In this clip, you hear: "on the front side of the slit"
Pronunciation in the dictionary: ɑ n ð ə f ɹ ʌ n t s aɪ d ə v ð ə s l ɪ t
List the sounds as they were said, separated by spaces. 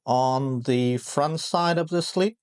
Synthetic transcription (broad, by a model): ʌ n ð ə f ɹ ʌ n t s aɪ d ə v ð ə s l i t